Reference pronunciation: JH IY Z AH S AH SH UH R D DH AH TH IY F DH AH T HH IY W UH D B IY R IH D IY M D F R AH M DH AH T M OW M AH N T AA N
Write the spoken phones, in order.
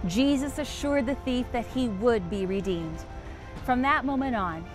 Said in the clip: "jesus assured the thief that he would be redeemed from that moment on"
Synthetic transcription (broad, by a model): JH IY Z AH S AH SH UH R D DH AH TH IY F DH AH T HH IY W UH D B IY R IH D IY M D F R AH M DH AH T M OW M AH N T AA N